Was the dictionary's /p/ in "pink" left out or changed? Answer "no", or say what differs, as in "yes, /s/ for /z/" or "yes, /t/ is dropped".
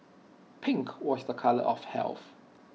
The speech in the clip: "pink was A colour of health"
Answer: no